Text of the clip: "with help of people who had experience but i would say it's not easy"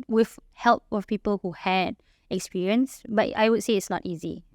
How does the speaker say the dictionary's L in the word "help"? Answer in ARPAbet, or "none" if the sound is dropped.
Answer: L